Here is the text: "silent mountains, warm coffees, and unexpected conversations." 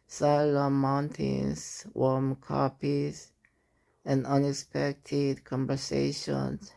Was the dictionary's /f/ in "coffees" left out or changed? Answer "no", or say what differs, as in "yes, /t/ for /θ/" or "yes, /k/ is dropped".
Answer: yes, /p/ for /f/